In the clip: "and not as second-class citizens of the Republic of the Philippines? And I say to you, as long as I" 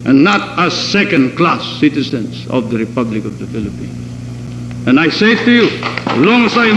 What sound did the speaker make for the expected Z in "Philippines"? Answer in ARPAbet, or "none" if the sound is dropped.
S